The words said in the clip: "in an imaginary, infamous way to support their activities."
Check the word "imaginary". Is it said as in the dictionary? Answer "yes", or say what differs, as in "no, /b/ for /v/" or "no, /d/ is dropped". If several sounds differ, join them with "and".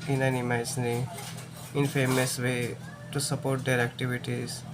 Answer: no, /dʒ/ is dropped